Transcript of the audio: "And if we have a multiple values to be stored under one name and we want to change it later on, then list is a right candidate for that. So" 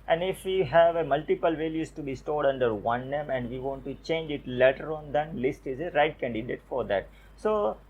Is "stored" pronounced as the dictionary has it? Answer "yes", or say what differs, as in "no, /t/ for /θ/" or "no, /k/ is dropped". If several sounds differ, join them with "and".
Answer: yes